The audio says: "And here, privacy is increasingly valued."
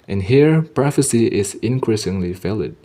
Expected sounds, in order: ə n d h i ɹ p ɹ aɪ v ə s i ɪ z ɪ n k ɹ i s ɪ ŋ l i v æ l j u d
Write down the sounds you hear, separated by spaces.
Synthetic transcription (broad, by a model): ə n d h i ɹ p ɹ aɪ f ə s i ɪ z ɪ n k ɹ i s ɪ ŋ l i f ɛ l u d